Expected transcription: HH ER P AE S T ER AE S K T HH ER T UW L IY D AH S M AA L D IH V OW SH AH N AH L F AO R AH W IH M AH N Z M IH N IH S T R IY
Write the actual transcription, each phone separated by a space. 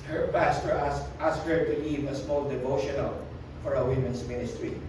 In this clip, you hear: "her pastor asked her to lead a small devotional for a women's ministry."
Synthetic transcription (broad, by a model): HH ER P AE S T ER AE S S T HH ER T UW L IY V AH S M AA L D IH V OW SH AH N AH L F AO R AH W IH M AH N S M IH N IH S T R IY